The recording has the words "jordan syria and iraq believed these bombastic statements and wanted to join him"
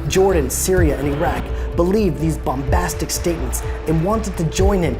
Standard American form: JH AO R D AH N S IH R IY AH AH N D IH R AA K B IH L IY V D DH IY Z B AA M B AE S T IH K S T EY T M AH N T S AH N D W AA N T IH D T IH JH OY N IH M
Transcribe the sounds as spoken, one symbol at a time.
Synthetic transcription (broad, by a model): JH AO R D N S IH R IY AH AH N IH R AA K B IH L IY V DH IY Z B AA M B AE S T IH K S T EY T M AH N T S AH N W AA N T IH D T IH JH OY N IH M